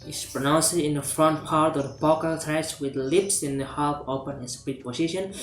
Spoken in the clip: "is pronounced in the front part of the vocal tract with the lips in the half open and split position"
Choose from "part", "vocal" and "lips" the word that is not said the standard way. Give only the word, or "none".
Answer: vocal